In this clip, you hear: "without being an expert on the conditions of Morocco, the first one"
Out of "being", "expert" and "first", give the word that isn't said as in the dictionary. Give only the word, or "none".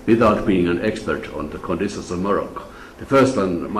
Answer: none